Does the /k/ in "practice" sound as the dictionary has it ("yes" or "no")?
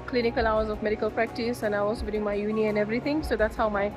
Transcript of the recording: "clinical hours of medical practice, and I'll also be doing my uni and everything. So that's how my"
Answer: yes